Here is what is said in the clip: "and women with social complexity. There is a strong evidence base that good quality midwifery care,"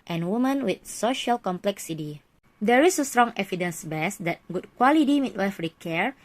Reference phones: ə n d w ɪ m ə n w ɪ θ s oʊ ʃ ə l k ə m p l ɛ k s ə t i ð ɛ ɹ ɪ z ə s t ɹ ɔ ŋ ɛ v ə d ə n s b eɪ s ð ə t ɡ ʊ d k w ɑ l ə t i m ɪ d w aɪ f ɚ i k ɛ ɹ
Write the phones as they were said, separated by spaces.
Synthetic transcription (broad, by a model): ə n w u m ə n w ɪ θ s oʊ ʃ ə l k ə m p l ɛ k s ə t i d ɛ ɹ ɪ s ə s t ɹ ɔ ŋ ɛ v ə d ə n s b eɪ s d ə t ɡ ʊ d k w ɑ l ə t i m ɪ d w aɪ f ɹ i k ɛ ɹ